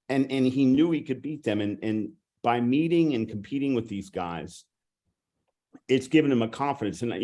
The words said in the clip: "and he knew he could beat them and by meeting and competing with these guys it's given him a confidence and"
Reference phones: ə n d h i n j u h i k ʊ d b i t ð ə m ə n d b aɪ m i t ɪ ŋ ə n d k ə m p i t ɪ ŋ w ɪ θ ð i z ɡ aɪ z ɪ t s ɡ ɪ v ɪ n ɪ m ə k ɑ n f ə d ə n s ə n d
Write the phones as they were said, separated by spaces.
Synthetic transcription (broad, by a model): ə n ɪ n i n j u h i k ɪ d b i t ð ə m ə n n b aɪ m i t ɪ ŋ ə n k m p i t ɪ ŋ w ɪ ð i z ɡ aɪ z ɪ t s ɡ ɪ v ɪ n ɪ m ə k ɑ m f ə d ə n s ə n